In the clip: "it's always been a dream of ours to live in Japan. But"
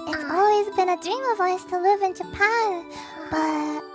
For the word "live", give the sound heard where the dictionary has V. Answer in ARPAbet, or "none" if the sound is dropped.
V